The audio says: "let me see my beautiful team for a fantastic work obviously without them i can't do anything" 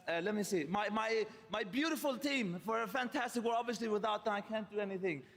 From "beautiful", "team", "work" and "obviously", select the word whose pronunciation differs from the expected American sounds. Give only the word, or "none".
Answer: work